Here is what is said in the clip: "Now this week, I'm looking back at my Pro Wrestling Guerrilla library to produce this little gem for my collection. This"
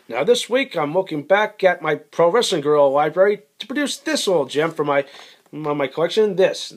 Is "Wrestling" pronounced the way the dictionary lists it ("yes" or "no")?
no